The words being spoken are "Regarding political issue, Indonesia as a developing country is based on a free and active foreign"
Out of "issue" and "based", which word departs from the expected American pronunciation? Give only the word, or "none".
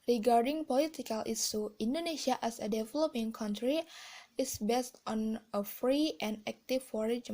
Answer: issue